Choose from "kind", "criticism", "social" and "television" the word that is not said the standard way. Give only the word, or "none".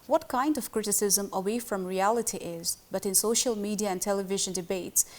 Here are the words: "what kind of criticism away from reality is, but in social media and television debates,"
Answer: none